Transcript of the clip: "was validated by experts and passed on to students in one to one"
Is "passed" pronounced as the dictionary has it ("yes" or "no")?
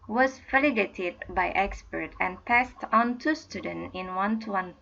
yes